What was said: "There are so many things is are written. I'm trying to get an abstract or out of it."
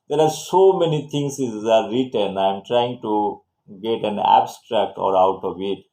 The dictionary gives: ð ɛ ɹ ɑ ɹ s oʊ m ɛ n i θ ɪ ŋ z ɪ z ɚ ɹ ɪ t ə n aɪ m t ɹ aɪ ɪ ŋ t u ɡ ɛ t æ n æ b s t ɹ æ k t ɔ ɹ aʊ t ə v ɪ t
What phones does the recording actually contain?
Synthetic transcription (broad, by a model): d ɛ ɹ ɑ ɹ s oʊ m ɛ n i t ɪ ŋ s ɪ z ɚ ɹ ɪ t ə n aɪ m t ɹ aɪ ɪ ŋ t u ɡ ɛ t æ n æ b s t ɹ æ k t ɔ ɹ aʊ t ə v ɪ t